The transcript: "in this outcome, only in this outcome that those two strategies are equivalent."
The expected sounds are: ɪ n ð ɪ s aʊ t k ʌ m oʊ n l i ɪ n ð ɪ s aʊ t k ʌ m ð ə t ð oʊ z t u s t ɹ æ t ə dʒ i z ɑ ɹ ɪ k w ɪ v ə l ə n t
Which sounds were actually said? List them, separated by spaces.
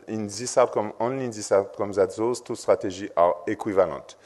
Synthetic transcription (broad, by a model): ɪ n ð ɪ s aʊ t k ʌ m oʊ n l i n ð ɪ s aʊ t k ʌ m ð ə t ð oʊ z t u s t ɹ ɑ t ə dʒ i ɑ ɹ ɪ k w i v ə l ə n t